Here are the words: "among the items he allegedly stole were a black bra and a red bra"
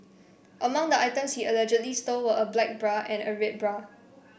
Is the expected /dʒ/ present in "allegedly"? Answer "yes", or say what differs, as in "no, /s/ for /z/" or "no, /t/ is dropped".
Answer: yes